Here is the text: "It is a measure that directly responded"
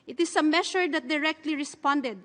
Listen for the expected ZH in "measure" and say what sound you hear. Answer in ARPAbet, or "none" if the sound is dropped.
SH